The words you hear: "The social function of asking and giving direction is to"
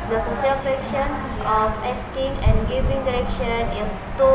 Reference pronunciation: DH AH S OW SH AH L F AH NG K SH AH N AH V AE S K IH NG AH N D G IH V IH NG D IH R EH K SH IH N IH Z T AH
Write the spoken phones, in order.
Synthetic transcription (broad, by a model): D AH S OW S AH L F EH K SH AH N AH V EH S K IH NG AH N G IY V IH NG D IH R EH K SH IH N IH S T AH